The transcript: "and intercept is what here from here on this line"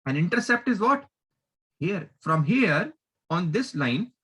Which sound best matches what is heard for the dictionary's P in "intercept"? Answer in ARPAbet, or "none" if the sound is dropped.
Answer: P